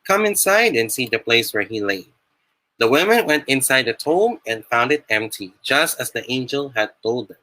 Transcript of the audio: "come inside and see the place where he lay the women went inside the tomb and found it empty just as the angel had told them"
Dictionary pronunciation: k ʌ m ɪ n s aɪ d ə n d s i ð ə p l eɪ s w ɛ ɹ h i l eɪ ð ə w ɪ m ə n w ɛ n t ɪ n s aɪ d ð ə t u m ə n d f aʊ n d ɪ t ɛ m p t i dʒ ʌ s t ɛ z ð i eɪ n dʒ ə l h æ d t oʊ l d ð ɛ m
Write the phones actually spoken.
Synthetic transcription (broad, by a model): k ʌ m ɪ n s aɪ d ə n s i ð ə p l eɪ s w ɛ ɹ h i l eɪ ð ə w ɪ m ə n w ɛ n t ɪ n s aɪ d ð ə t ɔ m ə n f aʊ n d ɪ t ɛ m p t i dʒ ʌ s t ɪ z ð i eɪ n dʒ ə l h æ d t oʊ l d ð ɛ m